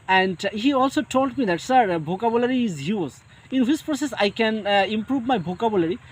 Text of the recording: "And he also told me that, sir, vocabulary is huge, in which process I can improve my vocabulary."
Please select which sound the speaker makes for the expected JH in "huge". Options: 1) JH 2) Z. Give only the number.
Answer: 2